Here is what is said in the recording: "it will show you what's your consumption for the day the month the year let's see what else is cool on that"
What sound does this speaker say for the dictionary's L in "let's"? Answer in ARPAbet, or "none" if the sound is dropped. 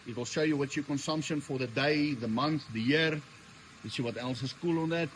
W